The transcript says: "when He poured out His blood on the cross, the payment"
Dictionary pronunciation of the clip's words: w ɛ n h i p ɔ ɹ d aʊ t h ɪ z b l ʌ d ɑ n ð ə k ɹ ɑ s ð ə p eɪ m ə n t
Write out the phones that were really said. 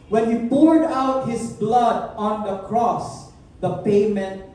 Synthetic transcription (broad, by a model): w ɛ n h i p ɔ ɹ d aʊ t h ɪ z b l ʌ d ɑ n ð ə k ɹ ɑ s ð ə p eɪ m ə n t